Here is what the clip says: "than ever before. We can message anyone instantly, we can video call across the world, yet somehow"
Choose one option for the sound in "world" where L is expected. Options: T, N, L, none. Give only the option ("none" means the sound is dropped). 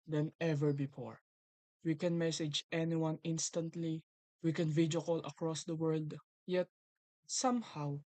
L